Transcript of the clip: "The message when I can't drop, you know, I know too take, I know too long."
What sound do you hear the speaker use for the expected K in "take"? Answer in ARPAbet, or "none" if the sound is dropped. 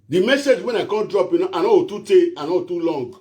none